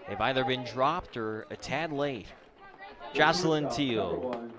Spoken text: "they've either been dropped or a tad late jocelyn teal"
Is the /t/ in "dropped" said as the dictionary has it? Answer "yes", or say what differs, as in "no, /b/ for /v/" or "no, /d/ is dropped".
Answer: yes